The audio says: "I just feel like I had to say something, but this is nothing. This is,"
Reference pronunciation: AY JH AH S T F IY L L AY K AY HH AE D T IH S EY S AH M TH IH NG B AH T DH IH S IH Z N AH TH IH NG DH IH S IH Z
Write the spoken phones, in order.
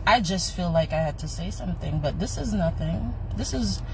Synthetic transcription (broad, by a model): AY JH AH S T F IY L L AY K AY HH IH D T IH S EY S AH M TH IH NG B AH T DH IH S IH Z N AH TH IH NG DH IH S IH Z